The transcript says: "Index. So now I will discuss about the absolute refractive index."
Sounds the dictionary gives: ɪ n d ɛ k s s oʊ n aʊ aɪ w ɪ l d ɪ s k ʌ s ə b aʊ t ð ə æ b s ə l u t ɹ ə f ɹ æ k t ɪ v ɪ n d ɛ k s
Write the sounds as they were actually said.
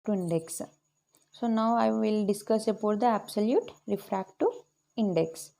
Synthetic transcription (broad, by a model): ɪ n d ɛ k s s oʊ n aʊ aɪ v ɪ l d ɪ s k ʌ s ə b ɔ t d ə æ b s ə l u t ɹ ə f ɹ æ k t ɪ ɪ n d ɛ k s